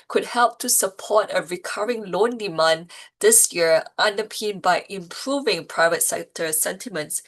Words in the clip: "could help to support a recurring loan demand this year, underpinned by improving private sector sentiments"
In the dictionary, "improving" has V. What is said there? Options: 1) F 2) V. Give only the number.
2